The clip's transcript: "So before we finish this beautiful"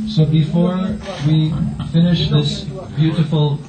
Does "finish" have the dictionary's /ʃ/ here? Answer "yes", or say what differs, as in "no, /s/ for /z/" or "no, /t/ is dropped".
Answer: yes